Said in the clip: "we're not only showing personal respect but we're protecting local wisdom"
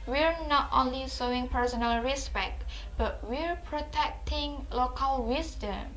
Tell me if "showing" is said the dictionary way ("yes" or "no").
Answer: no